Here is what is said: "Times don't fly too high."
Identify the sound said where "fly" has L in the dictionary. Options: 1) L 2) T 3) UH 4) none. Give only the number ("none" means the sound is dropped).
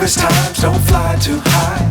1